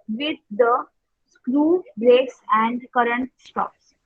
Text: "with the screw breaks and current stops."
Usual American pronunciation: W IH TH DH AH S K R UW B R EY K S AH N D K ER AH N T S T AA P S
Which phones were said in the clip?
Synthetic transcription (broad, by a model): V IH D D AH S K R UW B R EY S AH N D K ER AH N T S T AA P S